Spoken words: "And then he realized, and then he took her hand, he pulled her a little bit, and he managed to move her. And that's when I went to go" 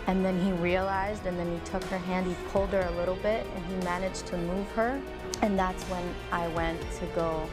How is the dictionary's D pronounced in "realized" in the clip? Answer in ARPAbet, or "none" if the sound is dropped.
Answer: D